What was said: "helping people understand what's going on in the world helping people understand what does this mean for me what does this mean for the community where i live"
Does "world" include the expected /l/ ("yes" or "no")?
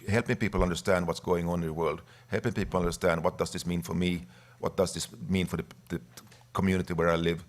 yes